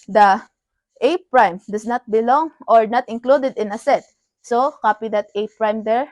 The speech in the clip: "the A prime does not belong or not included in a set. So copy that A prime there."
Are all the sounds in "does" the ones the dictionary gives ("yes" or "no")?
no